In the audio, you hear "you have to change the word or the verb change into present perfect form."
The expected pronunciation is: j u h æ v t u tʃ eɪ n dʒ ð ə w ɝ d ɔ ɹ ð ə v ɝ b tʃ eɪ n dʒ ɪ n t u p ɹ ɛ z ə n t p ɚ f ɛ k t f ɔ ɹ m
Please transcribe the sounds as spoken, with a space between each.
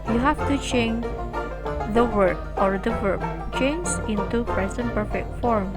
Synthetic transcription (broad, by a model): j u h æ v t u tʃ eɪ n dʒ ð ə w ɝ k ɔ ɹ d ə w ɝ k tʃ eɪ n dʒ ɪ n t u p ɹ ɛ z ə n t p ɚ f ɛ k t f ɔ ɹ m